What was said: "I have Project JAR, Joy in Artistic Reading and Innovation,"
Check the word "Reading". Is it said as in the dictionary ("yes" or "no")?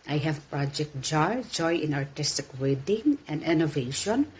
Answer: no